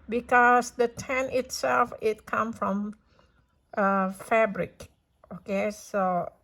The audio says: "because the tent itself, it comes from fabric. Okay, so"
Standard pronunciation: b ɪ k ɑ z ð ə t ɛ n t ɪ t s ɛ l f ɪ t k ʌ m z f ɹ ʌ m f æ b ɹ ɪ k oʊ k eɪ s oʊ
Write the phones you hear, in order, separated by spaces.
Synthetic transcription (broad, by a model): b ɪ k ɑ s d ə t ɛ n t ɪ t s ɛ l f ɪ t k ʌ m f ɹ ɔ m f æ b ɹ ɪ k oʊ k eɪ s oʊ